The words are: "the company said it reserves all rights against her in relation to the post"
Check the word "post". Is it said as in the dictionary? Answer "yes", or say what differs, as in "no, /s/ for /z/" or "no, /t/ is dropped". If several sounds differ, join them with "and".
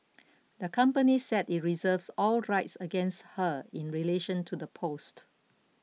yes